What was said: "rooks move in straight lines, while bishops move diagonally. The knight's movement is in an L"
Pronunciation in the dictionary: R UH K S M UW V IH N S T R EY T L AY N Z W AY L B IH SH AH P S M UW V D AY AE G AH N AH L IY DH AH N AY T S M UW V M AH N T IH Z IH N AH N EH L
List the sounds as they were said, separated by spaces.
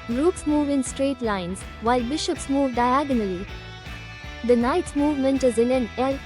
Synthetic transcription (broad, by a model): R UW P S M UW V IH N S T R EY T L AY N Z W AY L B IH SH AH P S M UW V D AY AE G AH N AH L IY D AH N AY T S M UW V M AH N T IH Z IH L AH N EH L